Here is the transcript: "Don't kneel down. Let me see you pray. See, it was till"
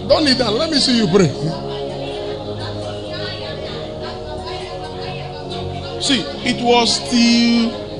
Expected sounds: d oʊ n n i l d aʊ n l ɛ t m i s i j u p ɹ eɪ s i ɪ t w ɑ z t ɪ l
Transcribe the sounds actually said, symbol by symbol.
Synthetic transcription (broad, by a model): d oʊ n l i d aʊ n l ɛ t m i s i j u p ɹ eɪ s i ɪ t w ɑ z t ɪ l